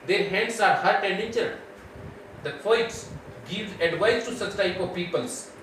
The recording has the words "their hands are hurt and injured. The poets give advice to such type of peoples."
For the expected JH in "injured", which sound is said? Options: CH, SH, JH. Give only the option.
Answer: CH